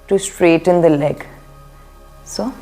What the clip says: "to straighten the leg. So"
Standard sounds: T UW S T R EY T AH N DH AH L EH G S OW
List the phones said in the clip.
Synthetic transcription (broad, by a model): T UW S T R EY T AH N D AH L EH G S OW